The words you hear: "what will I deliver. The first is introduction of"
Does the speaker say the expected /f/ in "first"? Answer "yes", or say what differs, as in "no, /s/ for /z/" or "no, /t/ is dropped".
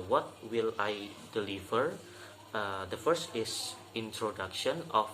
yes